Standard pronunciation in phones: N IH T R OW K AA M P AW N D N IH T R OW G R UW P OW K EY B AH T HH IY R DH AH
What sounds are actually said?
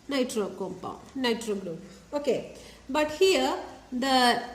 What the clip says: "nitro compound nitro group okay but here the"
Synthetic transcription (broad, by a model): N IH T R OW K AA M P AW N D N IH T R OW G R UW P OW K EY B AH T HH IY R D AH